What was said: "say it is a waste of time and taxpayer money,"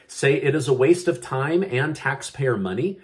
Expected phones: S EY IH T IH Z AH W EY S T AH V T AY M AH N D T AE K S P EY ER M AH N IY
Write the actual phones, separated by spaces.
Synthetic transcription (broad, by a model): S EY IH T IH Z AH W EY S T AH V T AY M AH N T AE K S P EY ER M AH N IY